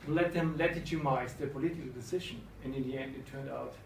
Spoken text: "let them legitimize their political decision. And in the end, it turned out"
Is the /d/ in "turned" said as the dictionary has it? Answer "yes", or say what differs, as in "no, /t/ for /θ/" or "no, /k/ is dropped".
yes